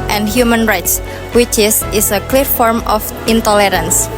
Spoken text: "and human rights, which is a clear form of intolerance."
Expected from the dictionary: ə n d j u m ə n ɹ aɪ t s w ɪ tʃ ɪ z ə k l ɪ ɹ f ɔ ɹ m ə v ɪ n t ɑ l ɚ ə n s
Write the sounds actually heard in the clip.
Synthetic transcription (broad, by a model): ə n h j u m ə n ɹ aɪ t s w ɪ tʃ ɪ s ə k l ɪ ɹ f ɔ ɹ m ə f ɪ n t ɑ l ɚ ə n s